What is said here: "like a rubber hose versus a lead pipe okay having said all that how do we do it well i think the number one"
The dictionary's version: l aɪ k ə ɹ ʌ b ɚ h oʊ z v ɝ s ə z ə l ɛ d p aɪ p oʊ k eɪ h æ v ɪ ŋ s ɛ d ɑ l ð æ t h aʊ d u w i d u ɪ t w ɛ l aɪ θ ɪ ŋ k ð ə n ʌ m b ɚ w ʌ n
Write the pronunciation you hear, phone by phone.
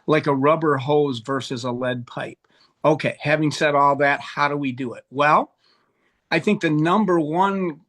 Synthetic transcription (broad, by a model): l aɪ k ə ɹ ʌ b ɚ h oʊ z v ɝ s ə z ə l ɛ d p aɪ p oʊ k eɪ h æ v ɪ ŋ s ɛ d ɑ l ð æ t h aʊ d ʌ w i d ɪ ɪ t w ɛ l aɪ θ ɪ ŋ k ð ə n ʌ m b ɚ w ʌ n